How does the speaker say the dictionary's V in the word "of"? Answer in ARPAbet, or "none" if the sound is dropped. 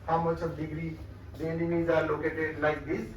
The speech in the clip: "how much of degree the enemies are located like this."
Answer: B